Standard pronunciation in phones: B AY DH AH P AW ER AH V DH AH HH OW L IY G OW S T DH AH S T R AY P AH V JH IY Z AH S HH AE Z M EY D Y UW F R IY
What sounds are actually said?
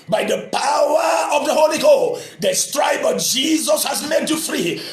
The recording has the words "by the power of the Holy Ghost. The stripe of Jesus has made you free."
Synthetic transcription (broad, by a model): B AY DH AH P AW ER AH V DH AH HH OW L IY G OW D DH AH S T R AY B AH JH IY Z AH S HH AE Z M EY D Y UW F R IY